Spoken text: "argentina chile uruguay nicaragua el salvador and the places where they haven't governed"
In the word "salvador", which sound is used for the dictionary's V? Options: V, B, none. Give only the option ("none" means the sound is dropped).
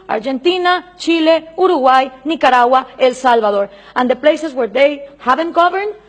B